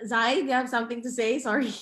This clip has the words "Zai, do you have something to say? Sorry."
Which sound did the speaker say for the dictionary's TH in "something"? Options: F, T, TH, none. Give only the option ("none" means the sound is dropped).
TH